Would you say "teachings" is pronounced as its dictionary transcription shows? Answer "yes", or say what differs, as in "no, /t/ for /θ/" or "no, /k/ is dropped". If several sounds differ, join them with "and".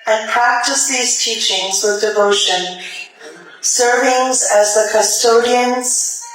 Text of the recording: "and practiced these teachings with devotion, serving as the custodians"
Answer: yes